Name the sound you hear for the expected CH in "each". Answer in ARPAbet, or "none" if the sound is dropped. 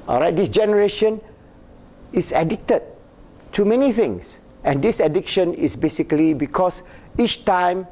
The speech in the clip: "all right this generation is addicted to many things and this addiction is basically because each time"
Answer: CH